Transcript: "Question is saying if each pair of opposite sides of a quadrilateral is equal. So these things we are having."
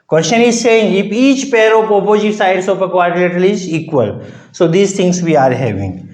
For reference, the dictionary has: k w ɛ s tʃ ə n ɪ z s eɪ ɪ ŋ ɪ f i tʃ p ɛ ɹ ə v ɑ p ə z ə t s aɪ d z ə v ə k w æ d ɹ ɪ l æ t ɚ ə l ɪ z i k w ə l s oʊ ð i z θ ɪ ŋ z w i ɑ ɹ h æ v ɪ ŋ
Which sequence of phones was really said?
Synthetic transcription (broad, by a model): k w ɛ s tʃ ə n ɪ z s eɪ ɪ ŋ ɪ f i tʃ p ɛ ɹ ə p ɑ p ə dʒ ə s aɪ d s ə p ə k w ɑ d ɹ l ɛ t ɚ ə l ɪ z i k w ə l s oʊ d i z t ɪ ŋ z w i ɑ ɹ h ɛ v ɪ ŋ